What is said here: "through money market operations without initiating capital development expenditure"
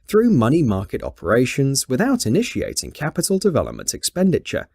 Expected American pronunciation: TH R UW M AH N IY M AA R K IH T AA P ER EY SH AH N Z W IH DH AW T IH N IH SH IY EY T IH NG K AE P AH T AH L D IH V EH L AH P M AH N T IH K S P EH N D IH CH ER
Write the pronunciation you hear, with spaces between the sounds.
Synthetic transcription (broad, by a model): TH R UW M AH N IY M AA K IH T AA P ER EY SH AH N Z W IH DH AW T IH N IH SH IY EY T IH NG K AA P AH T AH L D IH V EH L AH P M AH N T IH K S P EH N D IH CH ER